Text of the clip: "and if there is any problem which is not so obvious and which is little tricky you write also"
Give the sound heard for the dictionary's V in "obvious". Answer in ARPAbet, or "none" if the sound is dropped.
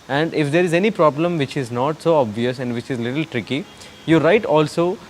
V